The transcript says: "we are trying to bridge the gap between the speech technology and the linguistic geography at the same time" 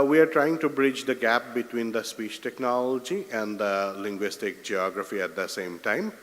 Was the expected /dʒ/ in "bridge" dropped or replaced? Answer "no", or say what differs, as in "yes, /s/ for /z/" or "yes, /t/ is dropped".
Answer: no